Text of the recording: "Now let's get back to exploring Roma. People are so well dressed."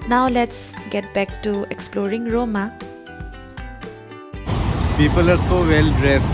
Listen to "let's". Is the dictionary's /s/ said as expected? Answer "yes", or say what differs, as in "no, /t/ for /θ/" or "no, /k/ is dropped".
yes